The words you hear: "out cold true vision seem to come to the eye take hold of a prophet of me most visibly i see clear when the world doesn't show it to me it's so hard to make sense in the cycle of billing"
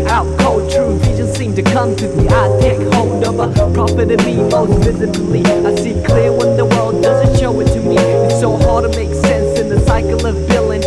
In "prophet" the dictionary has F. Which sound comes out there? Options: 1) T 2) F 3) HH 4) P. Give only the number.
4